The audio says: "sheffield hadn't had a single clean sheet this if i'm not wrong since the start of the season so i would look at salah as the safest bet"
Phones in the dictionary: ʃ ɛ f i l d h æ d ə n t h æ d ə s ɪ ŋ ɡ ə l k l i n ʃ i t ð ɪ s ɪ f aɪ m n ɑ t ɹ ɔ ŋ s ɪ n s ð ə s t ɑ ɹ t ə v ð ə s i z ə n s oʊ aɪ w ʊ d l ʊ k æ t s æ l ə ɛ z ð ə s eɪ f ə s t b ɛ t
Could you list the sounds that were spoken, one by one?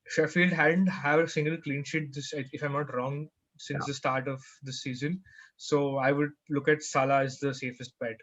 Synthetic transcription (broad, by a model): ʃ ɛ f i l d h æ d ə n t h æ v ə s ɪ ŋ ɡ ə l k l i n ʃ i t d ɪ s ɪ f aɪ m n ɑ t ɹ ɔ ŋ s ɪ n s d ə s t ɑ ɹ t ə v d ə s i z ə n s oʊ aɪ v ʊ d l ʊ k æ t s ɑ l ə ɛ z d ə s eɪ f ə s t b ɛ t